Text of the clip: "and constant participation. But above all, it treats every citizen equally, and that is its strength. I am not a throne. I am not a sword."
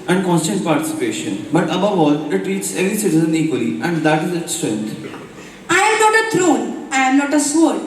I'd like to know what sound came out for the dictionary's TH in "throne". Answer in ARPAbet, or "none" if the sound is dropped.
T